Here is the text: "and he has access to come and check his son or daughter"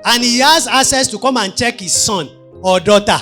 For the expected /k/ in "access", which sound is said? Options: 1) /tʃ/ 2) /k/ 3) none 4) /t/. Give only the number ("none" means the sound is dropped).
3